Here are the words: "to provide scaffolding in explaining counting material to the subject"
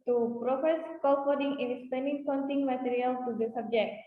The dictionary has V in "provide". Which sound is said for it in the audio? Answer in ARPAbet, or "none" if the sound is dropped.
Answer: F